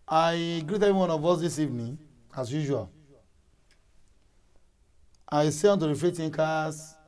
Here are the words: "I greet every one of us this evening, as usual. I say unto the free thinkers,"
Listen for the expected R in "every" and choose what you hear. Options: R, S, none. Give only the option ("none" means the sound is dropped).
none